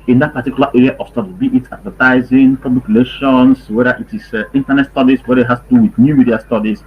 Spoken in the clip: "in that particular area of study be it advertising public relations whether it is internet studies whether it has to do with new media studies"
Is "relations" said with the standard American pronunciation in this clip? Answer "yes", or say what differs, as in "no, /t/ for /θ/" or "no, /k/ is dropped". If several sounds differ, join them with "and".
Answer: no, /s/ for /z/